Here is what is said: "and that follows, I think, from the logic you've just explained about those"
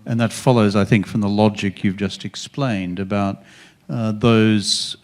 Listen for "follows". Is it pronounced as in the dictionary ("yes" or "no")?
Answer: yes